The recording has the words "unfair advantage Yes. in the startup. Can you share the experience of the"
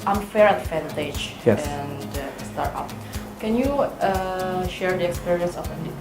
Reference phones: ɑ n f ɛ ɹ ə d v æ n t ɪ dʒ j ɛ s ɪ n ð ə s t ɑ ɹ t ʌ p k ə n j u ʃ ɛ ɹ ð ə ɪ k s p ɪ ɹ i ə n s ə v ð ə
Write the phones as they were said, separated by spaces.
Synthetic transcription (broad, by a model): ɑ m f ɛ ɹ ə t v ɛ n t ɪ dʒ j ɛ ɪ n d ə s t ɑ ɹ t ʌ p k ə n j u ʃ ɛ ɹ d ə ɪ k s p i ɹ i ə n s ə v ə